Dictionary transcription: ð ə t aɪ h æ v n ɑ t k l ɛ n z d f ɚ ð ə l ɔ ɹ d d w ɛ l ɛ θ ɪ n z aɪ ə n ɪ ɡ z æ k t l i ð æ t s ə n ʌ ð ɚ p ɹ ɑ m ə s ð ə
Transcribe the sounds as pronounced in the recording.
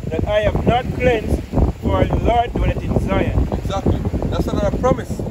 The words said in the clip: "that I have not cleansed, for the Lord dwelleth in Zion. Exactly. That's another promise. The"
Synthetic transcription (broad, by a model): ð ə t aɪ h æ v n ɑ t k l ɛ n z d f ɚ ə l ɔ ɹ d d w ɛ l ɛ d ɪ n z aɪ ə ɪ ɡ z æ k t l i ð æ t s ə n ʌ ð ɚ p ɹ ɑ m ə s